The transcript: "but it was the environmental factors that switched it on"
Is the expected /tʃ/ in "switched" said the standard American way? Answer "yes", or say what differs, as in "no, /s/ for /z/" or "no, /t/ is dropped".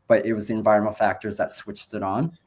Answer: yes